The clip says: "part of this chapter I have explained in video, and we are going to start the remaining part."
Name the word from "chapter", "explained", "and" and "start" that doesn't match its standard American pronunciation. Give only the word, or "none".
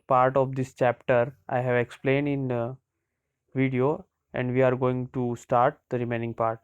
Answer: none